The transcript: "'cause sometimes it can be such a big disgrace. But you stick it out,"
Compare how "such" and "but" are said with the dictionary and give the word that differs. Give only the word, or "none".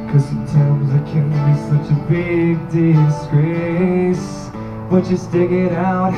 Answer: none